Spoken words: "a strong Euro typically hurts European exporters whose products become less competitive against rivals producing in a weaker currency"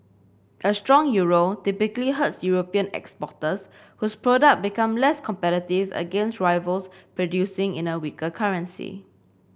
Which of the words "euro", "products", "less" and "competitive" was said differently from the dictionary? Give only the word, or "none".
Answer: products